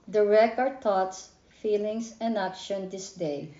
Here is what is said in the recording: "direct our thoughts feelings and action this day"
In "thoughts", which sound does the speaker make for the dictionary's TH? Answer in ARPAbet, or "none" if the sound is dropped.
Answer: T